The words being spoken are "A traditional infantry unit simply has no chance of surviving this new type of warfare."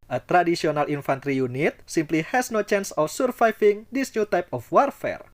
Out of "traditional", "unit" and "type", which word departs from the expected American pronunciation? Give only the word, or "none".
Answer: traditional